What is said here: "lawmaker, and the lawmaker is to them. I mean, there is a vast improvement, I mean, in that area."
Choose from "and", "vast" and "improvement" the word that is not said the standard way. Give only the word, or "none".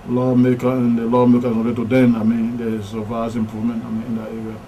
vast